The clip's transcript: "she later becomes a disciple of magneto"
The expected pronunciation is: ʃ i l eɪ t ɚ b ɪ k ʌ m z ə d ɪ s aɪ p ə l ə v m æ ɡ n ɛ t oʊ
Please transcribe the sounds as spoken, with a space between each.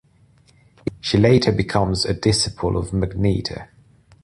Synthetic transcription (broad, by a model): ʃ i l eɪ t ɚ b ɪ k ʌ m z ə d ɪ s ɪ p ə l ə v m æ ɡ n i t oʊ